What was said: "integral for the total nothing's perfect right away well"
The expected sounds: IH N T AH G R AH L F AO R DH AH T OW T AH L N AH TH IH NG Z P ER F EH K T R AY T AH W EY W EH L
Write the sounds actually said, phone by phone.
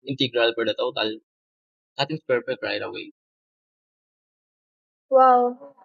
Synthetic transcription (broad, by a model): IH N T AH G R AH L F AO R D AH T OW T AH L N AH T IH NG S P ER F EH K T R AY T AH W EY W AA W